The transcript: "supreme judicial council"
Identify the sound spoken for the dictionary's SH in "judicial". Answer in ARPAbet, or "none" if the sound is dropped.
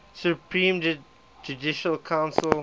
SH